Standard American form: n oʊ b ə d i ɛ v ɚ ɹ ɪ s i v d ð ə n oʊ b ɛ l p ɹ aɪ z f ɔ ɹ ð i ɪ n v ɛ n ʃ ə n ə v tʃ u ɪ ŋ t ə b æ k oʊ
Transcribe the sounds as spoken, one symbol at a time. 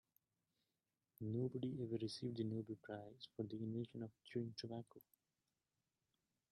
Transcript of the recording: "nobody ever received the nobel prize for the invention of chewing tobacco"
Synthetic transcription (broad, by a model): n oʊ b ə d i ɛ v ɚ ɹ ɪ s i v d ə n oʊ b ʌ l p ɹ aɪ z f ɔ ɹ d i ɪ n ɛ ʃ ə n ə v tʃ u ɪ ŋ t ə b æ k oʊ